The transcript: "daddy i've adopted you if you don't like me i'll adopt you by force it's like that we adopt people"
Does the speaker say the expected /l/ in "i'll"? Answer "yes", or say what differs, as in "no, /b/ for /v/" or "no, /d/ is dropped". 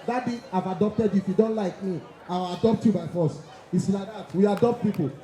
no, /w/ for /l/